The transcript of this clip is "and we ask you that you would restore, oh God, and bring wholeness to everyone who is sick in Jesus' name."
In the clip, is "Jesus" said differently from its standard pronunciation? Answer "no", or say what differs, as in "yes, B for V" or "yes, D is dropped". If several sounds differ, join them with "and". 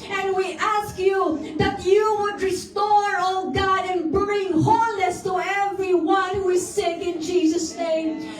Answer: no